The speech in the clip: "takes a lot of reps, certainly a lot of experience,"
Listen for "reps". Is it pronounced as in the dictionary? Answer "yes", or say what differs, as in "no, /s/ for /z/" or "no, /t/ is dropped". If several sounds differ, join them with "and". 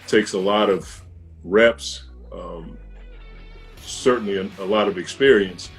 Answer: yes